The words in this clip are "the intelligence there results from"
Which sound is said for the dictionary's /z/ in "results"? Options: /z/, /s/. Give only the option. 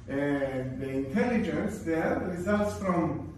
/z/